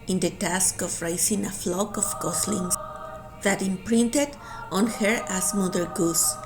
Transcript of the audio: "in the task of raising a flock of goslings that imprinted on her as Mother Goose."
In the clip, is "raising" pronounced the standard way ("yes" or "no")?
no